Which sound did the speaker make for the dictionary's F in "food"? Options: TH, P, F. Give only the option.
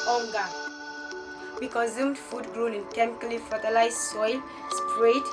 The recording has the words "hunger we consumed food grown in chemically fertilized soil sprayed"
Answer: F